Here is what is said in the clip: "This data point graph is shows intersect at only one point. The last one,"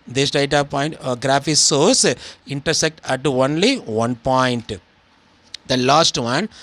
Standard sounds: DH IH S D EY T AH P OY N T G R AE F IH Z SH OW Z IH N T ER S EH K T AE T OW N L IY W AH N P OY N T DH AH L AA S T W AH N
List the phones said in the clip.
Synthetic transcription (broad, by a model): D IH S D EY T AH P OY N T G R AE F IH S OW S IH N T ER S EH K T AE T OW N L IY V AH N P OY N T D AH L AA S T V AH N